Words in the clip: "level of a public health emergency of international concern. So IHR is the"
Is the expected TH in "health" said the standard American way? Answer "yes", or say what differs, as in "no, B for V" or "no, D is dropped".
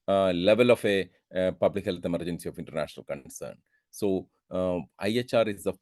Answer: no, T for TH